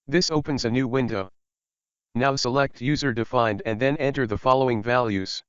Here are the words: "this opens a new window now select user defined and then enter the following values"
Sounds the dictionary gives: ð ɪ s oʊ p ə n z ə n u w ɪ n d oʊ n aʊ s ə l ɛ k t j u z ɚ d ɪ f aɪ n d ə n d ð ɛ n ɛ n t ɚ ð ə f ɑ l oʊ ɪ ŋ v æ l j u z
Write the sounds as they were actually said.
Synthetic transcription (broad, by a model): ð ɪ s oʊ p ə n z ə n u w ɪ n d oʊ n aʊ s ə l ɛ k t j u z ɚ d ɪ f aɪ n d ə n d ð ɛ n ɛ n t ɚ ð ə f ɑ l oʊ ɪ ŋ v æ l j u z